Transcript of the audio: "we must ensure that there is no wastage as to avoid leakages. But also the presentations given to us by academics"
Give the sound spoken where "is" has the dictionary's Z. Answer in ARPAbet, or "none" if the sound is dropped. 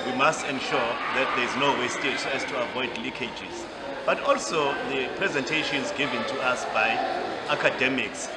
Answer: Z